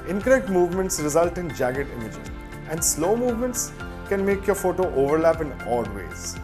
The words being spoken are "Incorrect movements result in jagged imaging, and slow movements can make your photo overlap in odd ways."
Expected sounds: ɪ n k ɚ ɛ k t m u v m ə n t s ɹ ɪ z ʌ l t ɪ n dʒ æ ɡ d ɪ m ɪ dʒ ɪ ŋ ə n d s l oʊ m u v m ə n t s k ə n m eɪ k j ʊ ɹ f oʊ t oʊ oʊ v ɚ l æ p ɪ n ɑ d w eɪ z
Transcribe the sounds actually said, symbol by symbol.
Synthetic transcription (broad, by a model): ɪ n k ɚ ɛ k t m u v m ə n t s ɹ ɪ z ʌ l t ɪ n dʒ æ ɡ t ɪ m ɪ dʒ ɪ ə n d s l oʊ m u v m ə n t s k ə n m eɪ k j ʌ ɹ f oʊ t oʊ oʊ v ɚ l æ p ɪ n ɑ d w eɪ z